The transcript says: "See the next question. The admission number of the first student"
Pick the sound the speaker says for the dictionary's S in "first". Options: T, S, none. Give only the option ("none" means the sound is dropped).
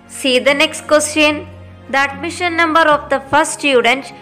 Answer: none